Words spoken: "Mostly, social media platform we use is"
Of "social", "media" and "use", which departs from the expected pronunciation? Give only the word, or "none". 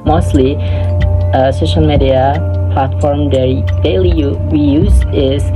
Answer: none